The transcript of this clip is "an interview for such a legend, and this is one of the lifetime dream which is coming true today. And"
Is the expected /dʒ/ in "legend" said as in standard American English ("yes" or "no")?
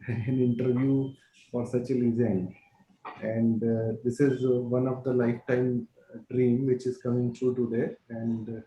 no